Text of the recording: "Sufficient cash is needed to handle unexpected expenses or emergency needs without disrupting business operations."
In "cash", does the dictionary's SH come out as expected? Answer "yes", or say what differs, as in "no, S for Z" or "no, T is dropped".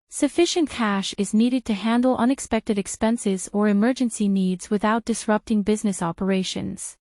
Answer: yes